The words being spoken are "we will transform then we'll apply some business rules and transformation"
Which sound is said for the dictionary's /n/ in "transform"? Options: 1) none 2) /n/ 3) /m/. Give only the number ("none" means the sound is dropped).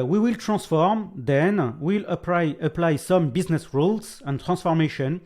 1